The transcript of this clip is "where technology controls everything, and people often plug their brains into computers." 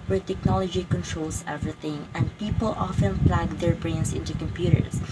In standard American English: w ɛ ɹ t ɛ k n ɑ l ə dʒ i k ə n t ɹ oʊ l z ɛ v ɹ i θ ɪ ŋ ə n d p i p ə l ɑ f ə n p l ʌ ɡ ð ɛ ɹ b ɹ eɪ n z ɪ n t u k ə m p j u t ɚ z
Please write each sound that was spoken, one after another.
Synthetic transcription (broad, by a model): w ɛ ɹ t ɛ k n ɑ l ə dʒ i k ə n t ɹ oʊ l s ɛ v ɹ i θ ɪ ŋ ə n d p i p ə l ɑ f ə n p l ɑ ɡ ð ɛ ɹ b ɹ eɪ n s ɪ n t u k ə m p j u t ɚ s